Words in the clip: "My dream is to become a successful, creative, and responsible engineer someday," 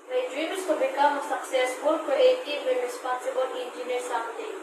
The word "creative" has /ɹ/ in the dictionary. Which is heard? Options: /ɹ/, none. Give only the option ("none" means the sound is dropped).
none